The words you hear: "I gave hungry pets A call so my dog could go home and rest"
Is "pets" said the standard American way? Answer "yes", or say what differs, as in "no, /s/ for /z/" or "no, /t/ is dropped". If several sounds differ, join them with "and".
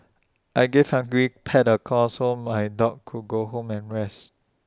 no, /s/ is dropped